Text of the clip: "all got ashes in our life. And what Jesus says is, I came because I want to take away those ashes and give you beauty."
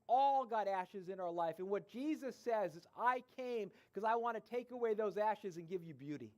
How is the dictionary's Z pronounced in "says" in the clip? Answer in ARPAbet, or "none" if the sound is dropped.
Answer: Z